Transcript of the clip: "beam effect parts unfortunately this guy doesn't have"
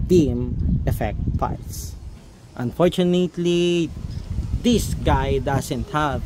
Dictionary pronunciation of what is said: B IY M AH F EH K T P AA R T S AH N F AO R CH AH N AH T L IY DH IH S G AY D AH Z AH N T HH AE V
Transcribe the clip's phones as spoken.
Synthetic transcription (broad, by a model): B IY M AH F EH K T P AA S T AH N F AO R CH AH N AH T L IY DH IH S G AY D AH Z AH N T HH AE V